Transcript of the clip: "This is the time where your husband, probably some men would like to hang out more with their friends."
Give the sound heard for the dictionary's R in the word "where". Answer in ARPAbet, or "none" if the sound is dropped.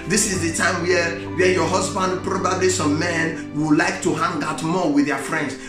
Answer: W